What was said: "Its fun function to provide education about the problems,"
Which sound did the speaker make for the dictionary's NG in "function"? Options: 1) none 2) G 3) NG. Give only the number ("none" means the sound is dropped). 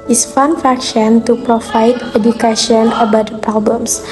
1